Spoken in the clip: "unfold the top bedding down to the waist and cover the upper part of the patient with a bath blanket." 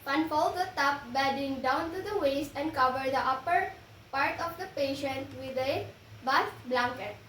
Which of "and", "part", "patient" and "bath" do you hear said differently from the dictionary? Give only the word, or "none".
bath